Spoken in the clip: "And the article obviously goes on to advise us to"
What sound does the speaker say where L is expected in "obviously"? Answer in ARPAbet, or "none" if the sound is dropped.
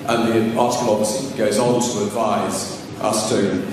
none